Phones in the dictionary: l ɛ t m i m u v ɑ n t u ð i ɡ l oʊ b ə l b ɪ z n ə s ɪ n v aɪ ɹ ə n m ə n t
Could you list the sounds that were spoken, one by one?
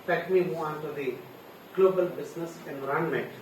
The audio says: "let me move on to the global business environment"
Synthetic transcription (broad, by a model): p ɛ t m i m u ɑ n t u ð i ɡ l oʊ b ə l b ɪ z n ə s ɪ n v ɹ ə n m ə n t